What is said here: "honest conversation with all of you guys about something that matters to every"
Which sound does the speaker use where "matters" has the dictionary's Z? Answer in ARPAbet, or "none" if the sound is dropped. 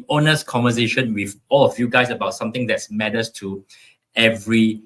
S